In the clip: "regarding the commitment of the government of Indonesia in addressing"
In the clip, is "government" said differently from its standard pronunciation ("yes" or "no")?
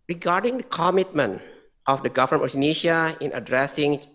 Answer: yes